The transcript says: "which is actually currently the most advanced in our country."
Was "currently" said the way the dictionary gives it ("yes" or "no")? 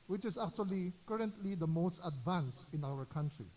yes